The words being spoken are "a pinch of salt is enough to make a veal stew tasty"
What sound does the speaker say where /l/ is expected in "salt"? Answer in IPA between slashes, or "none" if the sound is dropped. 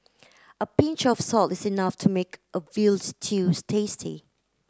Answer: /l/